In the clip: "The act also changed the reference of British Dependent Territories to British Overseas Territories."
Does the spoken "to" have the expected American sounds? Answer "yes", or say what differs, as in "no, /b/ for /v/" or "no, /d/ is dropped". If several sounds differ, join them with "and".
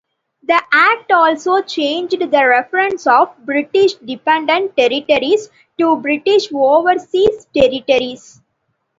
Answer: yes